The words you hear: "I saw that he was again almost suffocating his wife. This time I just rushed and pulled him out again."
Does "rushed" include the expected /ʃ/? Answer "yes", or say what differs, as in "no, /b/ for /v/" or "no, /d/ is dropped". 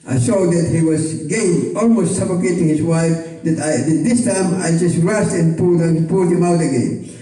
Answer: no, /s/ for /ʃ/